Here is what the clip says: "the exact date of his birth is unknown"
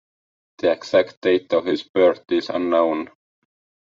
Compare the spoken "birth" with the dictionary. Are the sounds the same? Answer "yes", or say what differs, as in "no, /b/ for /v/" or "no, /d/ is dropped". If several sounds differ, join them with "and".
no, /t/ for /θ/